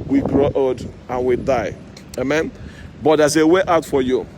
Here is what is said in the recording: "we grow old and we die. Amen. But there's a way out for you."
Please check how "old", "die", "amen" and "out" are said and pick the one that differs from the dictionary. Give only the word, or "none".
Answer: old